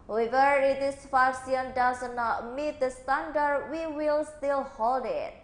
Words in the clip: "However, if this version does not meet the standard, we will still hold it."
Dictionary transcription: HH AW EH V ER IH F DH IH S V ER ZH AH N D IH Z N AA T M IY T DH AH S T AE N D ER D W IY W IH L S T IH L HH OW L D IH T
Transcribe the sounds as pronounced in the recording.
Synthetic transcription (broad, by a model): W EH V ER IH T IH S F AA S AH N D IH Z N AA T M IY T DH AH S T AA N D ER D W IY W IH L S T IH L HH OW L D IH T